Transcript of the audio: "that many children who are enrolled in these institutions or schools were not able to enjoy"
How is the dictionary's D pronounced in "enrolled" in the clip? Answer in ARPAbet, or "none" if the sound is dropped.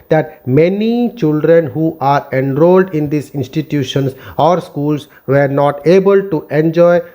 D